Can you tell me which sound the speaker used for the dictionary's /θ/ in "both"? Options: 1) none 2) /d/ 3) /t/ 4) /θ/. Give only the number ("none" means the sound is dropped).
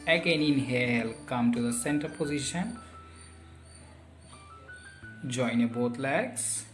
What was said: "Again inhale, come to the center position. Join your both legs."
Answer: 3